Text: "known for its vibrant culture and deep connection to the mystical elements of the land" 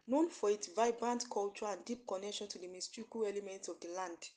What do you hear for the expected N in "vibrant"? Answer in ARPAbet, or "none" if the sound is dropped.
N